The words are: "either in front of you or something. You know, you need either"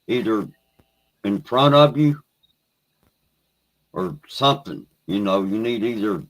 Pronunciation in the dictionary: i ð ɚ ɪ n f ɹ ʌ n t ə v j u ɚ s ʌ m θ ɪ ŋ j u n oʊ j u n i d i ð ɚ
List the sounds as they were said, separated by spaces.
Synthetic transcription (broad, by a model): i ð ɚ ɪ n p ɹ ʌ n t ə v j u ɚ s ʌ m θ ɪ ŋ j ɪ n oʊ j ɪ n i d i ð ɚ